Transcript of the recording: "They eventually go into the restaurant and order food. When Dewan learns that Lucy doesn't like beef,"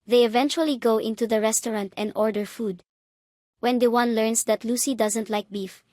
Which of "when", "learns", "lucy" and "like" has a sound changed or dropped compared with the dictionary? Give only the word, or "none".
learns